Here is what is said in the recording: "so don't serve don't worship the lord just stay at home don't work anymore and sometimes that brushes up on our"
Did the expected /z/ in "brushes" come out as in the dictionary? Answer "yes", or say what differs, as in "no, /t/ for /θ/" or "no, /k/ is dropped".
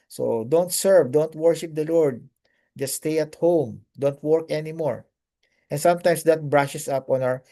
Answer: no, /s/ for /z/